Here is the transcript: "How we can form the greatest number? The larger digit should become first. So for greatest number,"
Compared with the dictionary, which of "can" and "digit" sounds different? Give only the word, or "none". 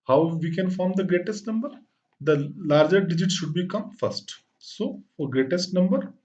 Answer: none